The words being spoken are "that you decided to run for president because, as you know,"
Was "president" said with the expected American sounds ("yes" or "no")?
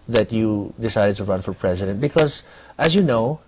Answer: yes